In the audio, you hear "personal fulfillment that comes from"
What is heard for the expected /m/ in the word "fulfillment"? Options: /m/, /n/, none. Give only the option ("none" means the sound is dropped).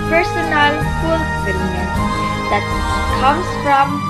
none